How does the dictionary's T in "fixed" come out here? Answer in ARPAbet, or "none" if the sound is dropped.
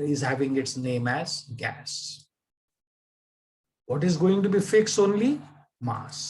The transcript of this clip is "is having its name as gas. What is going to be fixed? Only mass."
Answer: none